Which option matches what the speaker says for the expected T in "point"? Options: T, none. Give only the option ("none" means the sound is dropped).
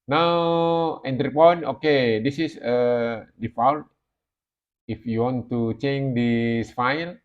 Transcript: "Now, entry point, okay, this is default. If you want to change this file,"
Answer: none